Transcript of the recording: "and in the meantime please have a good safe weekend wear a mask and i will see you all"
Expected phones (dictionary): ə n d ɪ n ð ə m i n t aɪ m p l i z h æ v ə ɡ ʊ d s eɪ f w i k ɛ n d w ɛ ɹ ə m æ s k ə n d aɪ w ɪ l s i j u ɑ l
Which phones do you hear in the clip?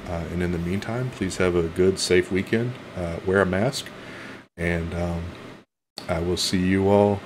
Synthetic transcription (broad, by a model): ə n ɪ n ð ə m i n t aɪ m p l i z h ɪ v ə ɡ ʊ d s eɪ f w i k ɛ n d w ɛ ɹ ə m æ s k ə n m aɪ w ɪ l s i j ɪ ɑ l